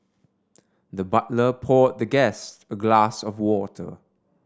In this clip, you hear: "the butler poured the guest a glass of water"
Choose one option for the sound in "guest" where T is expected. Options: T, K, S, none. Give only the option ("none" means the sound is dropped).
T